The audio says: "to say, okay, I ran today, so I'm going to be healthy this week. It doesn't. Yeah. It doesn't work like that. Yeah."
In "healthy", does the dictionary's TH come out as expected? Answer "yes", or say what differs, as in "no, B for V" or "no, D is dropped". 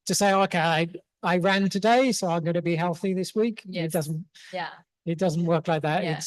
yes